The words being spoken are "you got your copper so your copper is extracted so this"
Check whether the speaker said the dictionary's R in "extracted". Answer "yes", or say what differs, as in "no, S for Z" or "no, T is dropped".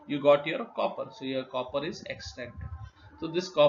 no, R is dropped